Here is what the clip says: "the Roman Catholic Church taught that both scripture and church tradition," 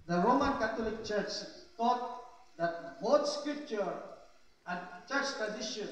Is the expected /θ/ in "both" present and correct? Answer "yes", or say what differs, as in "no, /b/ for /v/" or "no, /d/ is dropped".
no, /t/ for /θ/